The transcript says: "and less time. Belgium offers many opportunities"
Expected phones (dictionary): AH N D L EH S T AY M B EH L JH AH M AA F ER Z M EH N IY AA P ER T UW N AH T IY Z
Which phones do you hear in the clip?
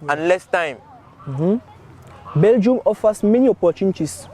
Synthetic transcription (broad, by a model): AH N L EH S T AY M B EH L JH AH M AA F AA S M EH N IY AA P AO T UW N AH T IY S